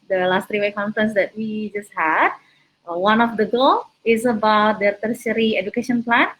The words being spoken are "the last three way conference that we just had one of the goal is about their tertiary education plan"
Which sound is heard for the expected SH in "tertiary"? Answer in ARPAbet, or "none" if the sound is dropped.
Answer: S